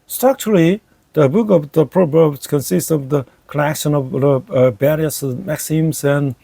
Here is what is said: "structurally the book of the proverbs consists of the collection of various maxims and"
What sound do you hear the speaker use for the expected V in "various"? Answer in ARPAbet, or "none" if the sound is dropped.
B